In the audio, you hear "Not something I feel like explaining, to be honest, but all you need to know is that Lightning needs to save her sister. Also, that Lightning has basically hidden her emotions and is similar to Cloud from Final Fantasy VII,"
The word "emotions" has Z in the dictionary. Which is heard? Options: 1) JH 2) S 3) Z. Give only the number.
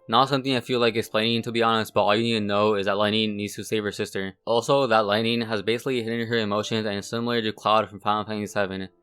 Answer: 3